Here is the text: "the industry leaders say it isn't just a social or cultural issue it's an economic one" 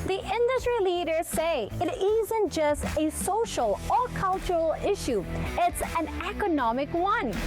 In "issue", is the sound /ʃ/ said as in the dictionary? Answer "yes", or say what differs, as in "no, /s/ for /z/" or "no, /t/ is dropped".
yes